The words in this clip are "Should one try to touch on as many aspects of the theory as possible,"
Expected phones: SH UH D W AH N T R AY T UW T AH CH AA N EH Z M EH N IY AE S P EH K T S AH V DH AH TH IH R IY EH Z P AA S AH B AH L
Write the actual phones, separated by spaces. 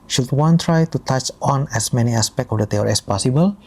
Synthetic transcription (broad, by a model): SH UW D W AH N T R AY T UW T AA CH AA N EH S M EH N IY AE S P EH K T AH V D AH T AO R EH S P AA S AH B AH L